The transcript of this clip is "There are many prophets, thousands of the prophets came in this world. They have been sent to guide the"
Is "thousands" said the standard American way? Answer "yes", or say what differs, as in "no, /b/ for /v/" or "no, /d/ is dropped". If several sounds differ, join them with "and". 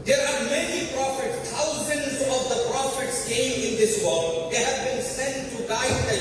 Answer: no, /t/ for /θ/